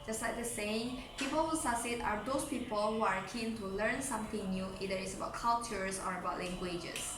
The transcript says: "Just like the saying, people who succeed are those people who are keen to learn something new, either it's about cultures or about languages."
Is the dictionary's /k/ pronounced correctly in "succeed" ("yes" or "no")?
no